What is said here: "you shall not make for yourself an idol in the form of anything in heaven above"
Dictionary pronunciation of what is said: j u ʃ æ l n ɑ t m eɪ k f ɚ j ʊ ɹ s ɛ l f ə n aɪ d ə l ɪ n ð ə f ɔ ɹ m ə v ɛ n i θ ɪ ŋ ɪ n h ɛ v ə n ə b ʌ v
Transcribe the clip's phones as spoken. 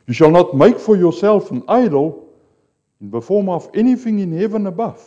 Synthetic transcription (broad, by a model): j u ʃ æ l n ɑ t m eɪ k f ɚ j ʊ ɹ s ɛ l f ə n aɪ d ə l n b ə f ɔ ɹ m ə f ɛ n i θ ɪ ŋ ɪ n h ɛ v ə n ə b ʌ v